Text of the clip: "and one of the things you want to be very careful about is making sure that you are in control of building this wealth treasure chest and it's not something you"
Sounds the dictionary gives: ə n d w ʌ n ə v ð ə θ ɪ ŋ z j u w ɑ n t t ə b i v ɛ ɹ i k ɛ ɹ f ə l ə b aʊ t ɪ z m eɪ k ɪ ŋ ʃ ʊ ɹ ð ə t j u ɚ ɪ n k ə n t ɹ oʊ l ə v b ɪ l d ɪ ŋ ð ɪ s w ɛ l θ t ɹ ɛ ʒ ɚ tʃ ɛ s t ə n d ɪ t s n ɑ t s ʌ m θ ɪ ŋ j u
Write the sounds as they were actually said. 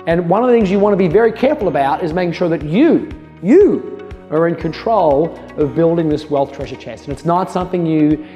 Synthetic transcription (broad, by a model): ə n w ʌ n ə v ð ə θ ɪ ŋ z j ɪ w ɑ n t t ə b i v ɛ ɹ i k ɛ ɹ f l ə b aʊ t ɪ z m eɪ k ɪ ŋ ʃ ʊ ɹ ð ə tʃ j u ɚ ɪ n k ə n t ɹ oʊ l ə v b ɪ l d ɪ ŋ ð ɪ s w ɛ l θ t ɹ ɛ ʒ ɚ tʃ ɛ s t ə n ɪ t s n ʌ t s ʌ m θ ɪ ŋ j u